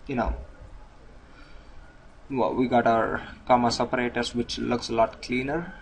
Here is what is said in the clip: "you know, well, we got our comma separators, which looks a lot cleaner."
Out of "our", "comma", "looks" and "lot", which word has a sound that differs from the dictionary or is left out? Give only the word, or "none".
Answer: none